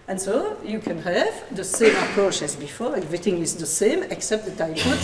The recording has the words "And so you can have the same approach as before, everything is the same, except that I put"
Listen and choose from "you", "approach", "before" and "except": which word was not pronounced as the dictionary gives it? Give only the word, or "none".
none